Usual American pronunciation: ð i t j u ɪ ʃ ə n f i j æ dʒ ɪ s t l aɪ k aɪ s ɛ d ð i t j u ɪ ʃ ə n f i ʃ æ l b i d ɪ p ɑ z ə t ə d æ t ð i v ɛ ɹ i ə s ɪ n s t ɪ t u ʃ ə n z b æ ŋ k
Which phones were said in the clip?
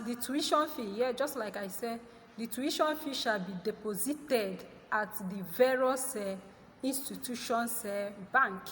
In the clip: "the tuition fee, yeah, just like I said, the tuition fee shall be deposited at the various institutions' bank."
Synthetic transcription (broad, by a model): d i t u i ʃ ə n f i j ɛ dʒ ɪ s t l aɪ k aɪ s ɛ d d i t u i ʃ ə n f i ʃ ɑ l b i d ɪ p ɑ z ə t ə d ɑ t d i v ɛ ɹ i s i n s t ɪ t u ʃ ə n s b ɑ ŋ k